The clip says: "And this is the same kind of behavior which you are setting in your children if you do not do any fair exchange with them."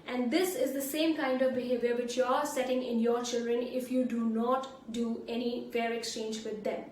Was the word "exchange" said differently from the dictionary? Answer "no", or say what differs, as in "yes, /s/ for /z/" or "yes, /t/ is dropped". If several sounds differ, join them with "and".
no